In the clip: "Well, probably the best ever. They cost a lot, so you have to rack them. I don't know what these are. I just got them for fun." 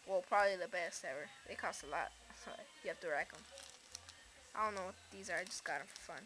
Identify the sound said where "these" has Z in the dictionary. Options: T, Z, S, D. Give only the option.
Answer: Z